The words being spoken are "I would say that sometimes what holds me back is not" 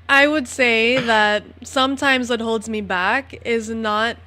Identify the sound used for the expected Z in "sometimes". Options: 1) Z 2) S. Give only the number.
1